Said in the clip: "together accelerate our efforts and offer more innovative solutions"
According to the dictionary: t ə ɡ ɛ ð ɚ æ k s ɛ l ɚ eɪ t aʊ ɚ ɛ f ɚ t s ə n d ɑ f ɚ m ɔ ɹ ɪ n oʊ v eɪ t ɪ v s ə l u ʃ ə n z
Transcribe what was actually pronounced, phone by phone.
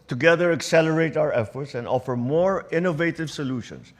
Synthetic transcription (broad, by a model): t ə ɡ ɛ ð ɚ æ k s ɛ l ɚ eɪ t aʊ ɚ ɛ f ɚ t s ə n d ɑ f ɚ m ɔ ɹ ɪ n oʊ v eɪ t ɪ v s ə l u ʃ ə n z